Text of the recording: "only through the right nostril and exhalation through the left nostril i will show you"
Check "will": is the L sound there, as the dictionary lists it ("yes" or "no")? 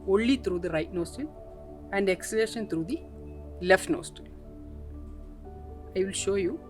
yes